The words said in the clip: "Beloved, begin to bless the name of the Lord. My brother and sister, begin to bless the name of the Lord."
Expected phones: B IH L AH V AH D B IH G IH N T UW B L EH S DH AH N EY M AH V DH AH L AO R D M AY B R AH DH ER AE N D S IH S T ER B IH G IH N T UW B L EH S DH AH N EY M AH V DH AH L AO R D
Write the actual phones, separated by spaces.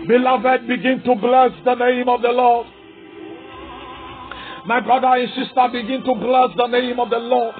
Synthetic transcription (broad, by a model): B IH L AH V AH D B IH G IH N T UW B L EH S DH AH N EY M AH V DH AH L AO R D M AY B R AH DH ER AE N S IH S T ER B IH G IH N T UW B L EH S DH AH N EY M AH V DH AH L AO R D